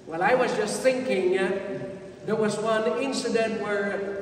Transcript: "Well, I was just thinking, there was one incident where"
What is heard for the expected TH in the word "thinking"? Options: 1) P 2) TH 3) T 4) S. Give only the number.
2